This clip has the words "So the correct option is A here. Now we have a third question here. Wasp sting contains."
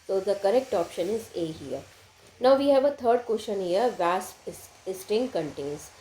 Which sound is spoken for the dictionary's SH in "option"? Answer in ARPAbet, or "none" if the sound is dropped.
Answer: SH